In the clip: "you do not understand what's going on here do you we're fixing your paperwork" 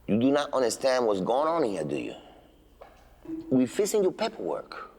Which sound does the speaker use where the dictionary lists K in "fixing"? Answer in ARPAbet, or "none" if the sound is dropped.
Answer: none